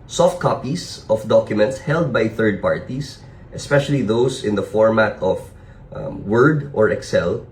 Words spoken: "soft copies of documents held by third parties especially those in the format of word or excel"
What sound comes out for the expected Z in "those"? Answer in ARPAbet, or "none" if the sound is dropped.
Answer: S